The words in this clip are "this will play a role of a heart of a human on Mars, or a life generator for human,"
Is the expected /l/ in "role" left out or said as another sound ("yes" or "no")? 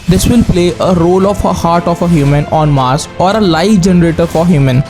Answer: no